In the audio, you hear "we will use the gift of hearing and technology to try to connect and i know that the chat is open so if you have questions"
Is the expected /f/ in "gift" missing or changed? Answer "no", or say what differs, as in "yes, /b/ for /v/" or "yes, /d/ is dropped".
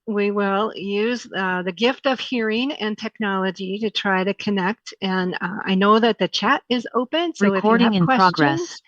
no